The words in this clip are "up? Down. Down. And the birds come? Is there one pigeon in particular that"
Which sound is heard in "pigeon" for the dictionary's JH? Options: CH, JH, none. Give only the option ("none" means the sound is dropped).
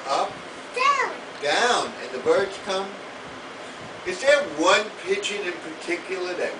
CH